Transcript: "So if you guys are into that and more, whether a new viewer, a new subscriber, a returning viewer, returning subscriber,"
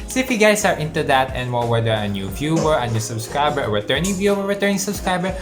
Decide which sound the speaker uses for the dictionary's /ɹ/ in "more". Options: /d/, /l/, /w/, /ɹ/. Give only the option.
/l/